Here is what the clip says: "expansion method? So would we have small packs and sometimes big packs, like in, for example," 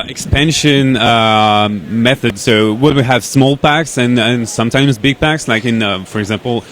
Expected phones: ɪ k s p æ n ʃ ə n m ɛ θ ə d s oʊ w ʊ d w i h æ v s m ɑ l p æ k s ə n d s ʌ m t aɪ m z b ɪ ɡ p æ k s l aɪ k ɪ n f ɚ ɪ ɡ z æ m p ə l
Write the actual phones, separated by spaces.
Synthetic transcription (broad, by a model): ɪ k s p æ n ʃ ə n m ɛ θ ə d s oʊ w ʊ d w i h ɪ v s m ɑ l p æ k s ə n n s ʌ m t aɪ m z b ɪ ɡ p æ k s l aɪ k ɪ n f ɚ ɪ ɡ z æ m p l